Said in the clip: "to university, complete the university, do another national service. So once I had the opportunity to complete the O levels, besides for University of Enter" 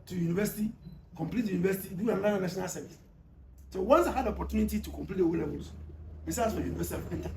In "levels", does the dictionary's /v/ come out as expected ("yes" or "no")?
no